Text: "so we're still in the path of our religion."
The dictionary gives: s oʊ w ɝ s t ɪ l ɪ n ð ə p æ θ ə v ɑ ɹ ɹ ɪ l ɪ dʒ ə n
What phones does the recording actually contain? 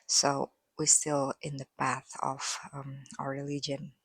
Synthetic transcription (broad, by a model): s oʊ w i s t ɪ l ɪ n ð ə p æ θ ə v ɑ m ɹ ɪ l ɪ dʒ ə n